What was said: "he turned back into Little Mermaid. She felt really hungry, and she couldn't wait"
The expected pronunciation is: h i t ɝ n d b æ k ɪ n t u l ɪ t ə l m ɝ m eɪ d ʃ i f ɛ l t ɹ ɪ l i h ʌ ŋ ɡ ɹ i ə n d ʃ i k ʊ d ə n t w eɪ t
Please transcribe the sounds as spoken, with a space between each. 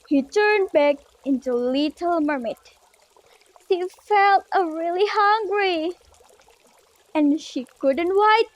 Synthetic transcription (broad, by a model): h i t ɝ n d b æ k ɪ n t u l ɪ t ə l m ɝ m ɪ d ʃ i f ɛ l t ɹ ɪ l i h ʌ ŋ ɡ ɹ i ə n ʃ i k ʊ d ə n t w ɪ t